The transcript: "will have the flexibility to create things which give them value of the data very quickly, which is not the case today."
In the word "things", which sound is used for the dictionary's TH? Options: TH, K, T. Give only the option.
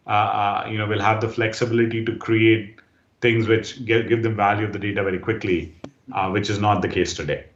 T